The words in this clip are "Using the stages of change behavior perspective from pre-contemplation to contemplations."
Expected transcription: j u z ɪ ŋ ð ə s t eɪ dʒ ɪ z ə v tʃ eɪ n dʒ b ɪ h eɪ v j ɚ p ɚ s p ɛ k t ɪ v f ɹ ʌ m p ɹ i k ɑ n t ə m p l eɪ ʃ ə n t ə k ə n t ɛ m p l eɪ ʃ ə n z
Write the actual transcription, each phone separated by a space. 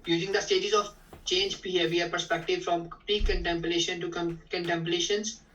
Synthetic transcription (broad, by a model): j u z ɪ ŋ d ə s t eɪ dʒ ɪ z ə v tʃ eɪ n dʒ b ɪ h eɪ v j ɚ p ɚ s p ɛ k t ɪ v f ɹ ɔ m p ɹ i k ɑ n t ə m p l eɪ ʃ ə n t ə k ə n t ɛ m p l eɪ ʃ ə n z